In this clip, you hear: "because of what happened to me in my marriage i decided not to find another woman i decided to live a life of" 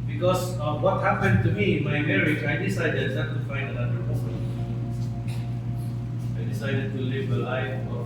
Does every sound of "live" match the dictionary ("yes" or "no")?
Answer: no